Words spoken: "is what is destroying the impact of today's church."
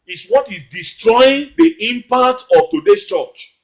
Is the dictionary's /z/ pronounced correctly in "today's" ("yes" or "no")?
no